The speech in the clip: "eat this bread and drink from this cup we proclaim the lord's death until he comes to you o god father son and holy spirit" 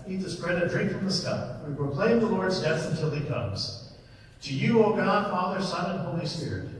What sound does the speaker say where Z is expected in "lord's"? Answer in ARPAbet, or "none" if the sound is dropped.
Z